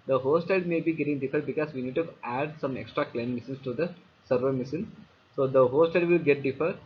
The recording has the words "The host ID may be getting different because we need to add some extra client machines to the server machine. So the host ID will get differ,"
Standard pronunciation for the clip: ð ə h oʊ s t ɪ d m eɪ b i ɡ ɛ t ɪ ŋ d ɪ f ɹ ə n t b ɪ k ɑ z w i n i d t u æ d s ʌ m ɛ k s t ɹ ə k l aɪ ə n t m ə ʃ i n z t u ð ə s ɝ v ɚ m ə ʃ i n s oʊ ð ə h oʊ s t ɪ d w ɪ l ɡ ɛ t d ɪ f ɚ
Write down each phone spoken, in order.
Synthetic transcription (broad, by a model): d ə h oʊ s t ɪ d m eɪ b i ɡ ɛ t ɪ ŋ d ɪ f ə t b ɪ k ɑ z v i n i d t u æ d s ʌ m ɛ k s t ɹ ə k l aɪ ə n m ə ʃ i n s t u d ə s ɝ v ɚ m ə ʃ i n s oʊ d ə h oʊ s t ɪ d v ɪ l ɡ ɛ t d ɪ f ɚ